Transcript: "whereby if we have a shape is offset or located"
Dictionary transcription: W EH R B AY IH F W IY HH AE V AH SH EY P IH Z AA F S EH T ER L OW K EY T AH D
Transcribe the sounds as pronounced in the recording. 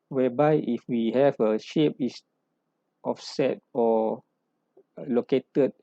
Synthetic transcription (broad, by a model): W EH B AY IH F W IY HH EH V AH SH EY P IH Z AA F S EH T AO L OW K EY T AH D